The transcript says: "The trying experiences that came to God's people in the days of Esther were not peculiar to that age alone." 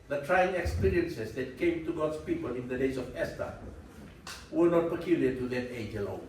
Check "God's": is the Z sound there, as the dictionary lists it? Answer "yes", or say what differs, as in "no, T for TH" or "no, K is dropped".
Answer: no, S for Z